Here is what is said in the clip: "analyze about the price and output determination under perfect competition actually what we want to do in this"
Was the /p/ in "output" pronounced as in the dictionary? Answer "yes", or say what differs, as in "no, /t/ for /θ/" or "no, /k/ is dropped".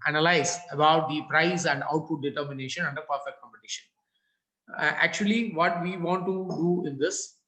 yes